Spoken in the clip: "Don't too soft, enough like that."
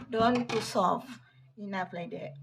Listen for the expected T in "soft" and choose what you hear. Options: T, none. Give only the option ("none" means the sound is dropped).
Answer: none